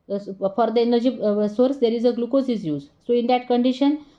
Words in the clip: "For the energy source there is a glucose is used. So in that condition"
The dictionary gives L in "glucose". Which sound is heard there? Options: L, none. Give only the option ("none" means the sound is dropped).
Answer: L